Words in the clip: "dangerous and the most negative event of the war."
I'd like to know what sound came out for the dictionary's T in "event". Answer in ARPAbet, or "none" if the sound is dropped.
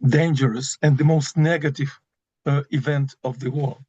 T